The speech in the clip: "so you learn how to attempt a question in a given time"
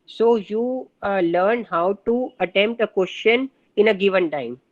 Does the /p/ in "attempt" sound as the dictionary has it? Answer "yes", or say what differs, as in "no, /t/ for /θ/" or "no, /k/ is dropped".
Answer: yes